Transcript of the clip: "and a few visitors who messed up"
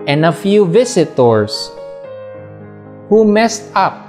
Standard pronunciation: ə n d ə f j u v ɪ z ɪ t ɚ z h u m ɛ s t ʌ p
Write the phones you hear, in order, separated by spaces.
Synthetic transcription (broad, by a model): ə n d ə f j u v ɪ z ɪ t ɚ s h u m ɛ s t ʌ p